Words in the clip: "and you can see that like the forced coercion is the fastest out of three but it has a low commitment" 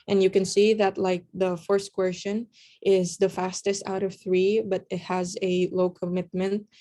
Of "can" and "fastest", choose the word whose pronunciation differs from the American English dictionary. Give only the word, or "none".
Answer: none